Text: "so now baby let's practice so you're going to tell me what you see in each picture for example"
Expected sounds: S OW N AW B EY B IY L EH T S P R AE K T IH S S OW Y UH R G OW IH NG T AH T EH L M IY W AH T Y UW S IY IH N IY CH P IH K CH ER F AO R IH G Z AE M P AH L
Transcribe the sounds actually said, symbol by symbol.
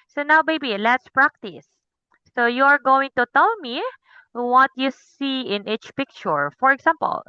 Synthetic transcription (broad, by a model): S OW N AW B EY B IY L EH T S P R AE K T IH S S OW Y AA R G OW IH NG T AH T EH L M IY W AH T Y UW S IY IH N IY CH P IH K CH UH F AO R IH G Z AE M P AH L